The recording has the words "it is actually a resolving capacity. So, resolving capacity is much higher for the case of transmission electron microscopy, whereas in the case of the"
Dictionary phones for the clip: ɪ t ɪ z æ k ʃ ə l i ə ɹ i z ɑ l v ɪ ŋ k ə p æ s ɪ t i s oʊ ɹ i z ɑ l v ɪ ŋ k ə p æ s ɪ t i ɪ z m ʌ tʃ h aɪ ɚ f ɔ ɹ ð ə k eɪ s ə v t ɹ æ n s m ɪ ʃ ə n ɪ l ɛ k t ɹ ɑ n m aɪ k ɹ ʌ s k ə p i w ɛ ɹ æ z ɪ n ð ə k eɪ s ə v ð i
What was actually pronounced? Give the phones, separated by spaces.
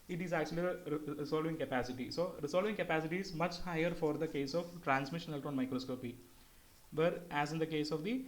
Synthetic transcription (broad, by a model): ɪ t ɪ z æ k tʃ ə l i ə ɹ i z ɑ l v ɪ ŋ k ə p æ s ɪ t i s oʊ ɹ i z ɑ l v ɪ ŋ k ə p æ s ɪ t i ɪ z m ʌ tʃ h aɪ ɚ f ɔ ɹ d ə k eɪ s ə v t ɹ æ n s m ɪ ʃ ə n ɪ l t ɑ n m aɪ k ɹ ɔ s k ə p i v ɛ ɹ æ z ɪ n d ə k eɪ s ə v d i